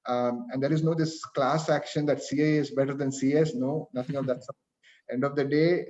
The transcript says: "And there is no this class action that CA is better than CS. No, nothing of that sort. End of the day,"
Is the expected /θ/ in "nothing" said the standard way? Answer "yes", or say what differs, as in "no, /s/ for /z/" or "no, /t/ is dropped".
no, /t/ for /θ/